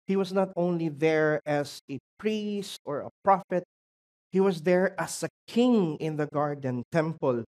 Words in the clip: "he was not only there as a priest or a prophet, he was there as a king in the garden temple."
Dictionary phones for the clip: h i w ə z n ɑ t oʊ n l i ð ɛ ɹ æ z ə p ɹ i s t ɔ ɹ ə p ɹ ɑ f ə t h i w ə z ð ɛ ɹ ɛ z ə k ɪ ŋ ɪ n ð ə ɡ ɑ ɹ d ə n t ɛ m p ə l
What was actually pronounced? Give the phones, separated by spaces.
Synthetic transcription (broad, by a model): h i w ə s n ɑ t oʊ n l i ð ɛ ɹ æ s ə p ɹ i s t ɔ ɹ ə p ɹ ɑ f ə t h i w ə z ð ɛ ɹ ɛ s ə k ɪ ŋ ɪ n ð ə ɡ ɑ ɹ d ə n t ɛ m p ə l